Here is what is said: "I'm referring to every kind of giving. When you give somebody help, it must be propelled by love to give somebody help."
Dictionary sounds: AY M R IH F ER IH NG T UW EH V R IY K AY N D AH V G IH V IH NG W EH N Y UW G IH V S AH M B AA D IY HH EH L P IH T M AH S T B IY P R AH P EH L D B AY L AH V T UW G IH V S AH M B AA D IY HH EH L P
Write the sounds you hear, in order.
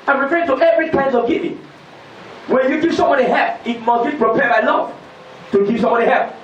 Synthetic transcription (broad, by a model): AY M R IH F ER IH NG T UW EH V R IY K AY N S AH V G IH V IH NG W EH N Y UW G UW S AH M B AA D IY HH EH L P IH T M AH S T B IY P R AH P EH D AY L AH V T UW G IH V S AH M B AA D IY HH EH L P